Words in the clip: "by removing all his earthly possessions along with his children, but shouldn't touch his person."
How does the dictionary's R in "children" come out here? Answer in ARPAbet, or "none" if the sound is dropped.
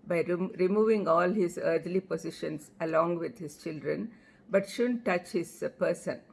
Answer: R